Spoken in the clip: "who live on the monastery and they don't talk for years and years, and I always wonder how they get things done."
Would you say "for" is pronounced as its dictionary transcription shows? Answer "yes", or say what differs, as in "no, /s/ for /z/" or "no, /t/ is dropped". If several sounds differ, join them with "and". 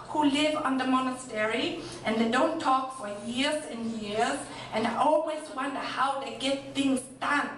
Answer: yes